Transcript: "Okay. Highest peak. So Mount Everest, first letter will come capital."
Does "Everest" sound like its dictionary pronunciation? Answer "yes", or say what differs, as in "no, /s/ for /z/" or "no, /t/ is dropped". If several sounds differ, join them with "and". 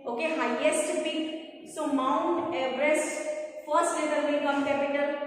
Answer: no, /b/ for /v/